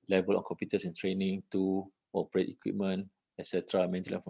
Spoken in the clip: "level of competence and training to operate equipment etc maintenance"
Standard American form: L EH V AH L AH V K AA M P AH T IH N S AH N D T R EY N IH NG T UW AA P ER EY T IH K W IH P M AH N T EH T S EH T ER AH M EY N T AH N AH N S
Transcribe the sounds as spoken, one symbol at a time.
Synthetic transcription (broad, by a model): L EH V AH L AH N K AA M P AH T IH S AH N T R EY N IH NG T UW AA P ER EY T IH K W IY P M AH N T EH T S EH T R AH M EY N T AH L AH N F